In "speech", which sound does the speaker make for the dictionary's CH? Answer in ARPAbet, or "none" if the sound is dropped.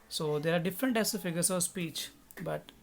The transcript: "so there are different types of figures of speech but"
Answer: CH